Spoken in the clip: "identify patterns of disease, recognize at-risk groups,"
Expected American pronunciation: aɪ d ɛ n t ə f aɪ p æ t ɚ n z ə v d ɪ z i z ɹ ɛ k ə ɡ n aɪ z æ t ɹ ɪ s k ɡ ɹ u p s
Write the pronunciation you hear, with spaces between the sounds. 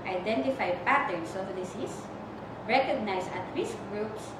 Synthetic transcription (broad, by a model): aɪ d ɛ n t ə f aɪ p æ t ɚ n s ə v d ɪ s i s ɹ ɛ k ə ɡ n aɪ s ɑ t ɹ ɪ s k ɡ ɹ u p s